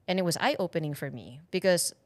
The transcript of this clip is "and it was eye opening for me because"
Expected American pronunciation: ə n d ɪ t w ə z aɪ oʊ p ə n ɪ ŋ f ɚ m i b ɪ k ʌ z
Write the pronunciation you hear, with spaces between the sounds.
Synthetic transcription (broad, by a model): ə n ɪ t w ə z aɪ oʊ p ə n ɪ ŋ f ɚ m i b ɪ k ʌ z